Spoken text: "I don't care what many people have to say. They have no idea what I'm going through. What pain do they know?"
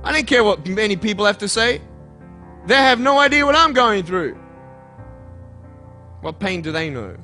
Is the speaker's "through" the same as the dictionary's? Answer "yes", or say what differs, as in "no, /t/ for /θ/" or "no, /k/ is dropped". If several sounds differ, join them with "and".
yes